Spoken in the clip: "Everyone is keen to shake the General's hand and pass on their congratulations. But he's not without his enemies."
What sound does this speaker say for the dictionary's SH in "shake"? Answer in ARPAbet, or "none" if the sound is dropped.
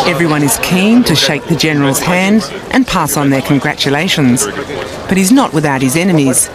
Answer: SH